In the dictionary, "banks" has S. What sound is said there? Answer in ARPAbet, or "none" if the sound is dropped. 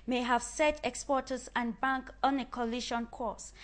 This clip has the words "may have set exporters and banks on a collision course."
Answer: none